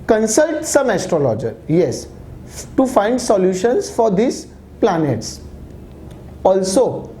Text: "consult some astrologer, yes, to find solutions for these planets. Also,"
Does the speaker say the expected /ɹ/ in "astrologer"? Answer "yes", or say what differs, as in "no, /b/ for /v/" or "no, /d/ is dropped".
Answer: yes